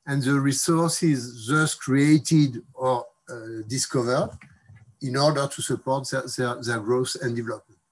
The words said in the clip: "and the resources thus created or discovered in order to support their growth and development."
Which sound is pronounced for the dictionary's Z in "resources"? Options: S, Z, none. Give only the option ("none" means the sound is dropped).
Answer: Z